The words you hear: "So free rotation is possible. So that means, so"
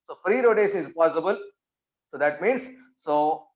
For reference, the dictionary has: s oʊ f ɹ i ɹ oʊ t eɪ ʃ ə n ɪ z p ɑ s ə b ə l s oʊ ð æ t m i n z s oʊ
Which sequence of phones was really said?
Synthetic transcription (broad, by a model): s oʊ f ɹ i ɹ oʊ t eɪ ʃ ə n ɪ z p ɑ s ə b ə l s oʊ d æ t m i n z s oʊ